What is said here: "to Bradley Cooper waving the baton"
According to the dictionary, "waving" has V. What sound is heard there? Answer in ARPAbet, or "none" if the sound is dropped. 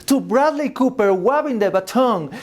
B